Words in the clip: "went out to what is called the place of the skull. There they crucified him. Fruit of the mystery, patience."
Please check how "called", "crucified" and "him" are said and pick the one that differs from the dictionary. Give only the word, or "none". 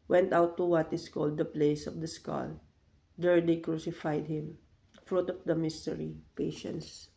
none